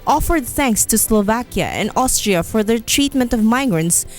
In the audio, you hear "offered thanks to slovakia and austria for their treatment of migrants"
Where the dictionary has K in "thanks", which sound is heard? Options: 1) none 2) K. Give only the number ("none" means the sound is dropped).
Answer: 2